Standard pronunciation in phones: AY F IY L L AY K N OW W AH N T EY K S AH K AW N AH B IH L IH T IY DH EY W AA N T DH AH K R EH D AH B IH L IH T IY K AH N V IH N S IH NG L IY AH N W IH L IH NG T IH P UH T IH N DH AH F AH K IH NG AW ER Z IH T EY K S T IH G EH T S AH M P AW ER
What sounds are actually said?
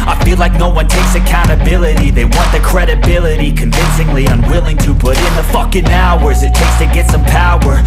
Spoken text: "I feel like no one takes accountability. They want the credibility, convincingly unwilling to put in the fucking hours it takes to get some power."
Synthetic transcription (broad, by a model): AY F IY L L AY K N OW W AH N T EY K S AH K AW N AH B IH L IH T IY DH EY W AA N DH AH K R EH D AH B IH L IH T IY K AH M V IH N S IH NG L IY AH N W IH L IH NG T IH P UH T IH N DH AH F AH K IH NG AW ER Z IH T EY K S T IH G EH T S AH M P AW ER